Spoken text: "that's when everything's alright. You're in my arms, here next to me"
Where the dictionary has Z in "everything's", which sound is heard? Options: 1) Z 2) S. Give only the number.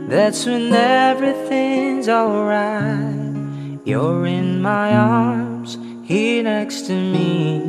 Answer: 1